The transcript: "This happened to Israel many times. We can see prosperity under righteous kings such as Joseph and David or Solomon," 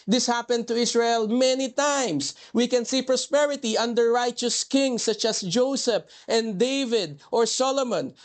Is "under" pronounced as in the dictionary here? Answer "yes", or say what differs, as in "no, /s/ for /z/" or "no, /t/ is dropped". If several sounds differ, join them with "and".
yes